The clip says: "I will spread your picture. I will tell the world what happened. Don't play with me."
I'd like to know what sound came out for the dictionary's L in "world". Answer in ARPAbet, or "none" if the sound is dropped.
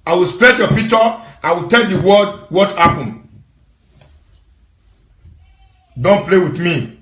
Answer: none